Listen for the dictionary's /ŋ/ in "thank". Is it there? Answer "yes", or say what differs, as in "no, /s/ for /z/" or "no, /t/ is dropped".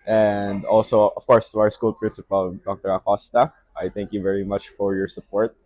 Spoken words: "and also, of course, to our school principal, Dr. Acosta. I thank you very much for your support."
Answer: yes